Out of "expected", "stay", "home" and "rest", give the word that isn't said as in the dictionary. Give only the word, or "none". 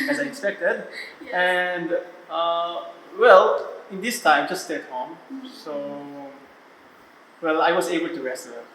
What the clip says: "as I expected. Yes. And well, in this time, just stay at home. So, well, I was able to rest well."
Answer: none